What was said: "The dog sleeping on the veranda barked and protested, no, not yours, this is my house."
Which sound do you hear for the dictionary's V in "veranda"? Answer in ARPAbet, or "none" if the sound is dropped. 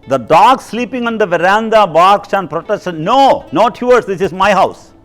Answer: V